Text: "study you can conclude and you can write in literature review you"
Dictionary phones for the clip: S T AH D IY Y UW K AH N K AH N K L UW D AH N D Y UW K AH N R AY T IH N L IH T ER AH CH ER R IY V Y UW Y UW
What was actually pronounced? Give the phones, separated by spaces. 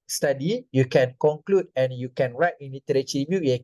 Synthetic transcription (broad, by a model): S T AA D IY Y UW K AH N K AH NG K L UW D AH N Y UW K AH N R AY T IH N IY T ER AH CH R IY B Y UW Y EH